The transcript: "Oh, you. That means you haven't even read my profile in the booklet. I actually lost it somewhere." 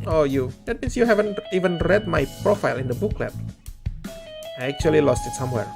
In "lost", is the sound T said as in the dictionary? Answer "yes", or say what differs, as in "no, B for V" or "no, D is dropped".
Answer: yes